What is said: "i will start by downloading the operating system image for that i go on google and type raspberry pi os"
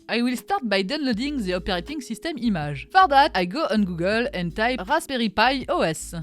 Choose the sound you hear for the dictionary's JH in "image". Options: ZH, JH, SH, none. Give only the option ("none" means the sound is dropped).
ZH